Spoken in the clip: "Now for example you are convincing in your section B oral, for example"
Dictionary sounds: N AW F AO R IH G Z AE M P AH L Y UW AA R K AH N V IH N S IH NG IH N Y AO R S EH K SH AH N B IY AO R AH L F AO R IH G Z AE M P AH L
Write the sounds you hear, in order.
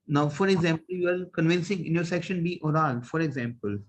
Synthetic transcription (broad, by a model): N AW F AO R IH G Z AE M P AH L Y UW AA R K AH N V IH N S IH NG IH N Y AO R S EH K SH AH N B IY AO R AH L F AO R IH G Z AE M P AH L